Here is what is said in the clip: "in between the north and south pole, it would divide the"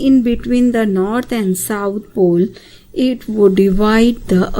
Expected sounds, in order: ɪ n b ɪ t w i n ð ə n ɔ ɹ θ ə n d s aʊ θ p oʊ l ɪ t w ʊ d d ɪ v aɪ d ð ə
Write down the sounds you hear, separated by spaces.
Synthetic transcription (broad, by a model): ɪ n b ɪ t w i n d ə n ɔ ɹ t ə n d s aʊ t p oʊ l ɪ t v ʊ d d ɪ v aɪ d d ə